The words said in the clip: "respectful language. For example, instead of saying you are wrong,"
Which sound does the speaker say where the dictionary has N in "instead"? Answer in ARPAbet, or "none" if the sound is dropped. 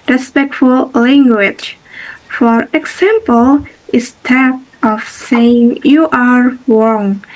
none